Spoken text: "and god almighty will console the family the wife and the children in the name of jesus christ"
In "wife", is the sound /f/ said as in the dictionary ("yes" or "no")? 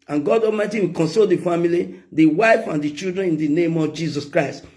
yes